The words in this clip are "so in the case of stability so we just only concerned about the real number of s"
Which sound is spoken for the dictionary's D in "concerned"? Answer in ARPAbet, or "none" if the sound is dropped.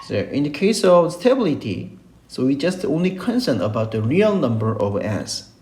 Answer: none